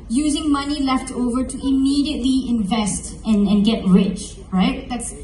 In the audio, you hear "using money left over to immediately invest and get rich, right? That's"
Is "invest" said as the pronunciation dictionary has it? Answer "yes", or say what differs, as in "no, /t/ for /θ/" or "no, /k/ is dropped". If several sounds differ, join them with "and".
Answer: yes